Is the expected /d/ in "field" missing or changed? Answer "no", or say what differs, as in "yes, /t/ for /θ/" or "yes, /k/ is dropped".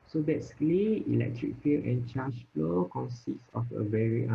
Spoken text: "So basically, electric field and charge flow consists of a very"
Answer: yes, /d/ is dropped